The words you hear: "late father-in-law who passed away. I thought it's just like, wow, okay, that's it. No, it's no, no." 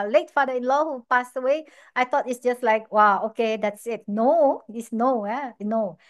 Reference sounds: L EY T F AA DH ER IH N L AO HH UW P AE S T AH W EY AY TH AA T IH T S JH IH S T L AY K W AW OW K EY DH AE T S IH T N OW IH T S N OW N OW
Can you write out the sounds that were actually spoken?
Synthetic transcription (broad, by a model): L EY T F AA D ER IH N L AO HH UW P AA S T AH W EY AY T AA T IH T S JH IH S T L AY K W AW OW K EY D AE T S IH T N OW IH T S N OW N OW